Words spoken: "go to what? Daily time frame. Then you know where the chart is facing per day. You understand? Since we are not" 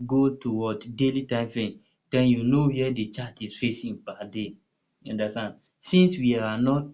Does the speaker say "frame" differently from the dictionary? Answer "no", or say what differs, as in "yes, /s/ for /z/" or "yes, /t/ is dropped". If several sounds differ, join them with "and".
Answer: yes, /ɹ/ is dropped